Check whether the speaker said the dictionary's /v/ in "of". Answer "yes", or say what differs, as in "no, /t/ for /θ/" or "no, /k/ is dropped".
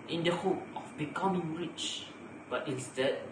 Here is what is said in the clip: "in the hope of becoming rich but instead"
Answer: no, /f/ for /v/